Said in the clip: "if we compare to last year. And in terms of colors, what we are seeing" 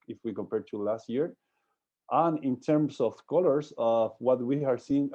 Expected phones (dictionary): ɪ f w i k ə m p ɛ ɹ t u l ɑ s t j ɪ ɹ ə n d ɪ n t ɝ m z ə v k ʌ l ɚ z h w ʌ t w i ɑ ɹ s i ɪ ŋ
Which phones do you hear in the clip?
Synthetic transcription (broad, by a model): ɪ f w i k ə m p ɛ ɹ t u l ɑ s t j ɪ ɹ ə n ɪ n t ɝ m s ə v k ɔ l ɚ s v w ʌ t w i ɑ ɹ s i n